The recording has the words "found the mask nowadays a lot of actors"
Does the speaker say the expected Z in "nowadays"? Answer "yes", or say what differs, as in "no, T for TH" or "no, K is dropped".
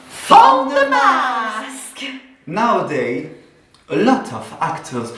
no, Z is dropped